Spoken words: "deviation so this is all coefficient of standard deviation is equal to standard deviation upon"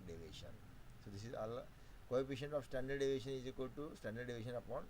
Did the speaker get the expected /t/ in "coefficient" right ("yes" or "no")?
no